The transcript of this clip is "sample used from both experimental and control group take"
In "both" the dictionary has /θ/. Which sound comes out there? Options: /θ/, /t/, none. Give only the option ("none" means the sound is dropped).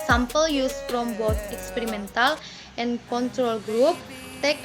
/t/